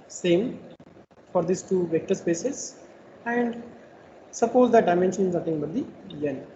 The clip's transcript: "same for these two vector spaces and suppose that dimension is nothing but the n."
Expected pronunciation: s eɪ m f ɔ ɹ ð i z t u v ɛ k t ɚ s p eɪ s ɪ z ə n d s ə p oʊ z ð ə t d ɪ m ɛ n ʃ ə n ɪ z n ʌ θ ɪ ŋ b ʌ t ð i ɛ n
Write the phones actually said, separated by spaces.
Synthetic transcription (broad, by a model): s eɪ m f ɔ ɹ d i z t u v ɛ k t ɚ s p eɪ s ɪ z ə n d s ə p oʊ z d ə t d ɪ m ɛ n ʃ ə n ɪ z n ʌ t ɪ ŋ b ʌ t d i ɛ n